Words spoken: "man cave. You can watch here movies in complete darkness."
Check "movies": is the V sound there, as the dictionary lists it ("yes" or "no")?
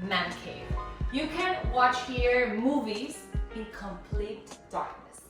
yes